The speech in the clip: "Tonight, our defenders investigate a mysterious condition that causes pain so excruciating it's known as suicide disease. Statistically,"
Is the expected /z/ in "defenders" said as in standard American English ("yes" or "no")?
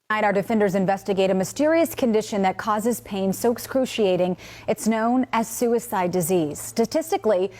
yes